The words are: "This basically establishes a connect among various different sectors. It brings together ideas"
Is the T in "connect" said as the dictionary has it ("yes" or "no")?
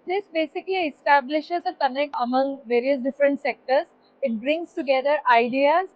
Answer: no